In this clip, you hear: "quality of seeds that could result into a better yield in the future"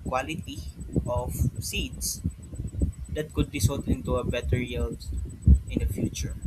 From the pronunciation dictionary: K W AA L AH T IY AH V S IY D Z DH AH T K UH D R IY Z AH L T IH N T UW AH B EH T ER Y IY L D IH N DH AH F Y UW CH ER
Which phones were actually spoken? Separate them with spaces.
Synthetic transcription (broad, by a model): K W AA L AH T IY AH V S IY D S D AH T K UH D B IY S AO T IH N T UW AH B EH T ER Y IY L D IH N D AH F Y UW CH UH